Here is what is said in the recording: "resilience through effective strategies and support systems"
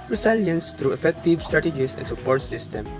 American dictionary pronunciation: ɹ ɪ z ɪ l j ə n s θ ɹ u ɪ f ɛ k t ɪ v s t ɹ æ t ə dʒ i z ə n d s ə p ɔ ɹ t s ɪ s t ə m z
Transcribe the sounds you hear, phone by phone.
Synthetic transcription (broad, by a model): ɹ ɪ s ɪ l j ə n s t ɹ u ɪ f ɛ k t ɪ v s t ɹ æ t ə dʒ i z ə n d s ə p ɔ ɹ t s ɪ s t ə m